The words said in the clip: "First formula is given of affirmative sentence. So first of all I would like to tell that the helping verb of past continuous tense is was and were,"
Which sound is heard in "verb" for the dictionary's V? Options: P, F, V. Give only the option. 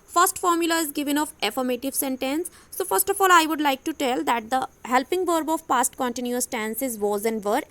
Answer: V